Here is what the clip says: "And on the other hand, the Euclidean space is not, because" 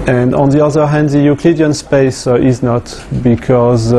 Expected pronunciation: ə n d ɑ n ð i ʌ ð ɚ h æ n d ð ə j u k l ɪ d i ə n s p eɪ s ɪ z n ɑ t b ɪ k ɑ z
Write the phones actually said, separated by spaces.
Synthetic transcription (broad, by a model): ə n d ɑ n ð i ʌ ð ɚ h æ n d ð ə j u k l ɪ d i ə n s p eɪ s ɪ z n ɑ t b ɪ k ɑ z